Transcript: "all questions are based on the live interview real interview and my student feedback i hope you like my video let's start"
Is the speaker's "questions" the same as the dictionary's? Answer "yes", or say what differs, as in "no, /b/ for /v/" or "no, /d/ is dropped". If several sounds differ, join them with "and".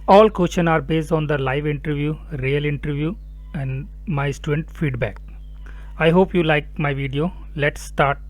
no, /z/ is dropped